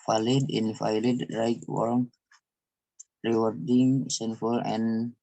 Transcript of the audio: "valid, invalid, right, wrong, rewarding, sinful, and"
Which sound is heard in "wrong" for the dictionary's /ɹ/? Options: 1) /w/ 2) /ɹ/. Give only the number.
1